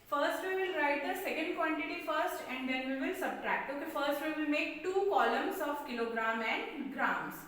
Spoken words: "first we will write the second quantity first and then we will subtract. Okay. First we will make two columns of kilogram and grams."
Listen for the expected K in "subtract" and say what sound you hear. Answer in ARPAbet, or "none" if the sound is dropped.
K